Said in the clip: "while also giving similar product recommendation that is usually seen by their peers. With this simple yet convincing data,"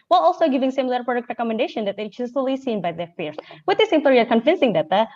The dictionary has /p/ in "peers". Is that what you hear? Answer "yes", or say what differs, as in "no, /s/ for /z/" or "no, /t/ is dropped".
no, /f/ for /p/